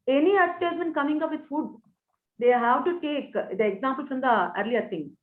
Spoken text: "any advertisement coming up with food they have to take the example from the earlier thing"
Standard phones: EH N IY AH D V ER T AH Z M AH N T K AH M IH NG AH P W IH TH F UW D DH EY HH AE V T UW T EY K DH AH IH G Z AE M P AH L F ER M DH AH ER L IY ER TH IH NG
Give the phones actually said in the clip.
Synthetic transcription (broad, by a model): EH N IY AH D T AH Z AH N K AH M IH NG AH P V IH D F UW D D EY HH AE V T UW T EY K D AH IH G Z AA M P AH L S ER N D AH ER L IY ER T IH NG